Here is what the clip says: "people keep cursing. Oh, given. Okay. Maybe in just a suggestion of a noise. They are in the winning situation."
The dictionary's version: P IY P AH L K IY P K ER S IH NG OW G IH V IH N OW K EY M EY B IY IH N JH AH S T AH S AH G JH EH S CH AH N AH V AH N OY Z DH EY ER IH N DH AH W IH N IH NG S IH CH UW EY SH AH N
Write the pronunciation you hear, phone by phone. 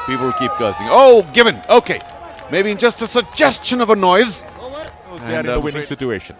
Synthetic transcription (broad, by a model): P IY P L K IY P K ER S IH NG OW G IH V IH N OW K EY M EY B IY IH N JH AH S T AH S AH G JH EH S CH AH N AH V AH N OY Z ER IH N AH W IH N IH NG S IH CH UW EY SH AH N